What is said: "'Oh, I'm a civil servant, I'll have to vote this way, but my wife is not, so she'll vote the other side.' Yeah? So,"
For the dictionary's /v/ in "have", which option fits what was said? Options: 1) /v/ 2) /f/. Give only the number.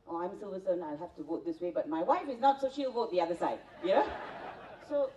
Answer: 2